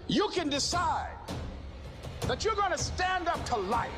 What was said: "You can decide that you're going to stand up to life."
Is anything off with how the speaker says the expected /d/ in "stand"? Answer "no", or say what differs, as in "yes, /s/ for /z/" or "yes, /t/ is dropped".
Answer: no